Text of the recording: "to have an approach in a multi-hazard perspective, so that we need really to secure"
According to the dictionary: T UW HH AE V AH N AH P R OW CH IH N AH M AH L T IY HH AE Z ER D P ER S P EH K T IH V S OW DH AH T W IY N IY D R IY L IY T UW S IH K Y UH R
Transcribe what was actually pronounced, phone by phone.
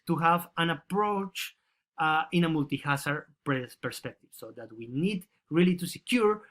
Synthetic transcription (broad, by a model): T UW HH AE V AH N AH P R OW CH IH N AH M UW L T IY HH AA S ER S P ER S P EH K T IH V S OW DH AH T W IY N IY D R IY L IY T UW S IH K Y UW R